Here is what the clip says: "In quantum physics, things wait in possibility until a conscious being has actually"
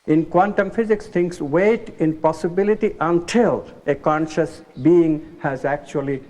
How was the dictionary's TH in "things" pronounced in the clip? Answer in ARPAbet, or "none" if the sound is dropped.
T